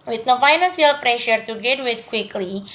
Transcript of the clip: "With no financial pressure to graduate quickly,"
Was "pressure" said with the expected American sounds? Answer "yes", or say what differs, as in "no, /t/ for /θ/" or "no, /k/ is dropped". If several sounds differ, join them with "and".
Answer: yes